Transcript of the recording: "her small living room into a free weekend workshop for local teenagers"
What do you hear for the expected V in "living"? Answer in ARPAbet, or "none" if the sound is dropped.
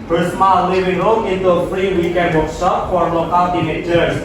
W